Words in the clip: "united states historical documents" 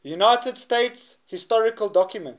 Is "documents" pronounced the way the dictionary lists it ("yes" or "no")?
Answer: no